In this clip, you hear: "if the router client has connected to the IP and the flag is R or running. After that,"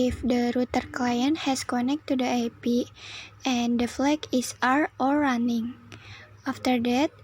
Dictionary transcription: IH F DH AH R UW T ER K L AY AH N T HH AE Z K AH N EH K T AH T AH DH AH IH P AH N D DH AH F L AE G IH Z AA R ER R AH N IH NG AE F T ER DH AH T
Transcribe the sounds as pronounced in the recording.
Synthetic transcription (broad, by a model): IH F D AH R UW T ER K L AY AH N T HH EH S K AH N EH K T AH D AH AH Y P AH N D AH F L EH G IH S AA R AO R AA N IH NG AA F T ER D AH T